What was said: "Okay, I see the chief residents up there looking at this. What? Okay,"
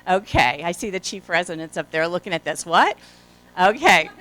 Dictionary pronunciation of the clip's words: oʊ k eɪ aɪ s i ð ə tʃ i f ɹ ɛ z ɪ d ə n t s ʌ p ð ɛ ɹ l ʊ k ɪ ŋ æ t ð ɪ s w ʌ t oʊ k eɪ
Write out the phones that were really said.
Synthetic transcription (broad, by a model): oʊ k eɪ aɪ s i ð ə tʃ i f ɹ ɛ z ɪ d ə n t s ʌ p ð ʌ ɹ l ʊ k ɪ ŋ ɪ t ð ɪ s w ʌ t oʊ k eɪ